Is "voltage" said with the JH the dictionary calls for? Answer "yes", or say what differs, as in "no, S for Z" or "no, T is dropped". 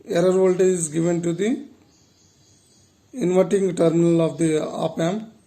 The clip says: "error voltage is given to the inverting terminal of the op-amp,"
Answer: no, JH is dropped